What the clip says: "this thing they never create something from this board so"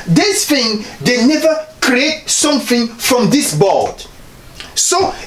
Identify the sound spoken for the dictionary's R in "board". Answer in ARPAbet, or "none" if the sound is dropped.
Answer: L